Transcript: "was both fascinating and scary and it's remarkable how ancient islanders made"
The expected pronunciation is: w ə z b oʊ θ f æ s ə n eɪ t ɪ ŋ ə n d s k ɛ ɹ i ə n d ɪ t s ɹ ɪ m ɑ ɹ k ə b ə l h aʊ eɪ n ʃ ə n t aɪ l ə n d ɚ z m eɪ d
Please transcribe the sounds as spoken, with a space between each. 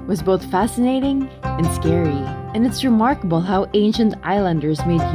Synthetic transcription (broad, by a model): w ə z b oʊ θ f æ s ə n eɪ t ɪ ŋ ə n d s k ɛ ɹ i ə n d ɪ t s ɹ ɪ m ɑ ɹ k ə b ə l h aʊ eɪ n ʃ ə n t aɪ l ə n d ɚ z m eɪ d